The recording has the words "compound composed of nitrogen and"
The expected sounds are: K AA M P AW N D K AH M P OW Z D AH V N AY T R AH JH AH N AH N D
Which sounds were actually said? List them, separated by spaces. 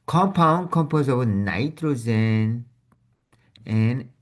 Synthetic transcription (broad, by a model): K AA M P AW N K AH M P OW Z AH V N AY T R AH Z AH N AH N